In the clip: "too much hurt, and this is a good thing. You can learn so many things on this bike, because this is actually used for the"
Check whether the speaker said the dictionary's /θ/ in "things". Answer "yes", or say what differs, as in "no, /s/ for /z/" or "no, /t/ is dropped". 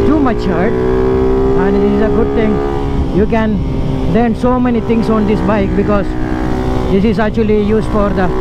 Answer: no, /t/ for /θ/